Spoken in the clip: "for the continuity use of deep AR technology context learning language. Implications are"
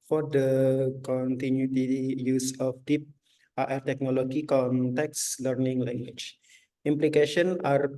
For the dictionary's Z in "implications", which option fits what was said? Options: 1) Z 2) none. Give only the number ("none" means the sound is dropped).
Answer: 2